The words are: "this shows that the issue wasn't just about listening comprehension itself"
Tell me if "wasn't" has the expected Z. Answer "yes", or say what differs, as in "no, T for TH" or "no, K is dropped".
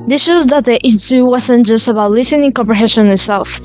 no, S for Z